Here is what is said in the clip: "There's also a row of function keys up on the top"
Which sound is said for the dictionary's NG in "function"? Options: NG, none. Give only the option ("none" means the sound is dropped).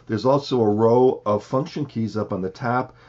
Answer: NG